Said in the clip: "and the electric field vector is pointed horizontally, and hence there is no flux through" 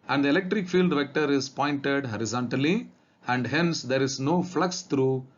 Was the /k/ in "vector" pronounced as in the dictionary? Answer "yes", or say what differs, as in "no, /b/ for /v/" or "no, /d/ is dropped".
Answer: yes